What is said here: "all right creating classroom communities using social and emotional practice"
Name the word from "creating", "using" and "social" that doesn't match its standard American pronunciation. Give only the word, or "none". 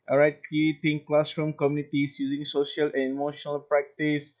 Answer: creating